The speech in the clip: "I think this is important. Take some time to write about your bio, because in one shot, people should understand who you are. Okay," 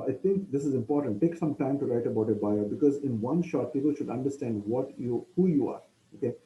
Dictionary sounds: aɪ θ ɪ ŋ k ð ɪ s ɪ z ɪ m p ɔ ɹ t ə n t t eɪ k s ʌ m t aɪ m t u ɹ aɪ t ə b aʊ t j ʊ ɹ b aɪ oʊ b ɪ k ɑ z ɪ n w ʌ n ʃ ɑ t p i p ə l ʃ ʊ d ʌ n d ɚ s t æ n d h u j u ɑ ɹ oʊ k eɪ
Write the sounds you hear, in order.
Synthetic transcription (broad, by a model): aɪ t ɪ ŋ k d ɪ s ɪ z ɪ m p ɔ ɹ t ə n t t eɪ k s ʌ m t aɪ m t u ɹ aɪ t ə b aʊ t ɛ b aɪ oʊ b ɪ k ɑ z ɪ n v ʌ n ʃ ɑ t p i p ə l ʃ ʊ d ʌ n d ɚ s t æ n d h u j u ɑ ɹ oʊ k eɪ